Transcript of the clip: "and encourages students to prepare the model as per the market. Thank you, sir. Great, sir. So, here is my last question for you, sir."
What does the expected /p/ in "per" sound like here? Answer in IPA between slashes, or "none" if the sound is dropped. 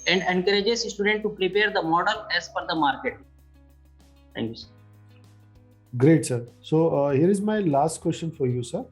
/f/